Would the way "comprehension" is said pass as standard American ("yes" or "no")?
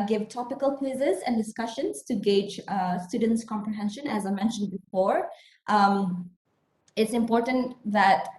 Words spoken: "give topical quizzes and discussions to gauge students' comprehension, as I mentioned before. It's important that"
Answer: yes